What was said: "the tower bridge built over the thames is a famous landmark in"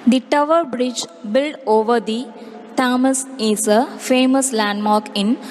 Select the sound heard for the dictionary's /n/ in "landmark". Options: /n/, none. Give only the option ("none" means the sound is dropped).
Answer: /n/